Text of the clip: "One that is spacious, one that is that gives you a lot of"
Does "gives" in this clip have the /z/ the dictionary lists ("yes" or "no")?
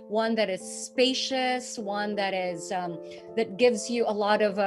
yes